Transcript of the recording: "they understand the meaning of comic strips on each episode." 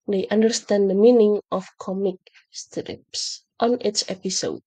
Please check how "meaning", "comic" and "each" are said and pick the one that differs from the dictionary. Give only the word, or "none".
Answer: each